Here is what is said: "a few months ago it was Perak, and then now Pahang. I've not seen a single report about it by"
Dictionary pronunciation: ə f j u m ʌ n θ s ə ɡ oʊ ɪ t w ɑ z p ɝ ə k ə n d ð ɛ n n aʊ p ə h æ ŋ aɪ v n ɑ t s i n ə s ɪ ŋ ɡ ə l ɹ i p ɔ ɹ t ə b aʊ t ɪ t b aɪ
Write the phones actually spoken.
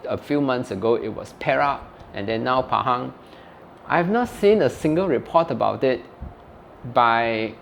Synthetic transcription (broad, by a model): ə f j u m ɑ n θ s ə ɡ oʊ ɪ t w ɑ s p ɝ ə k ə n d ɛ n n aʊ p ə h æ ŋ aɪ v n ɑ t s i n ə s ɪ ŋ ɡ ə l ɹ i p ɔ t ə b aʊ t ɪ t b aɪ